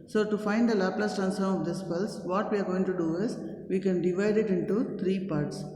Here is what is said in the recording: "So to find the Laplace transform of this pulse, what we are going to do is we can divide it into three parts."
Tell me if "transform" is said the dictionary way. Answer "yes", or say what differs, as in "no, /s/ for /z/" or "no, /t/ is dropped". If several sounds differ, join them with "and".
no, /ɹ/ is dropped and /f/ is dropped